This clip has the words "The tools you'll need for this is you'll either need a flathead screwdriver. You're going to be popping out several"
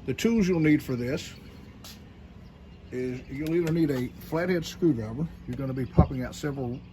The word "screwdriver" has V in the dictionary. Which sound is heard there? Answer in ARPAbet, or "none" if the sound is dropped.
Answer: B